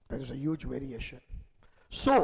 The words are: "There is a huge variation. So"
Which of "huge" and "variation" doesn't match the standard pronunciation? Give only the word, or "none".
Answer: none